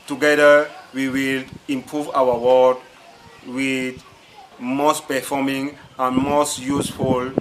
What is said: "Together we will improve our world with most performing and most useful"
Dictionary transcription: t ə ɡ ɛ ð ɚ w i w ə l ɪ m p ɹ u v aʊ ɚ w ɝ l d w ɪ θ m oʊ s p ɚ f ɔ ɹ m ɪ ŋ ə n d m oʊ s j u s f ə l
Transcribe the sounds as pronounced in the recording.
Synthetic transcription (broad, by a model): t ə ɡ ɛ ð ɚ w i w ə l ɪ m p ɹ u v aʊ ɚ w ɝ d w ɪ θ m oʊ s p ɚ f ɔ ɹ m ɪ ŋ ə n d m oʊ s j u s f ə l